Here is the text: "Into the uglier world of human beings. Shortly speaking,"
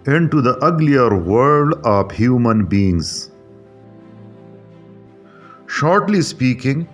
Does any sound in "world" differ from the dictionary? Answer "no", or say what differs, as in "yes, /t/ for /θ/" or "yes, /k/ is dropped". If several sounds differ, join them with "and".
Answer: yes, /l/ is dropped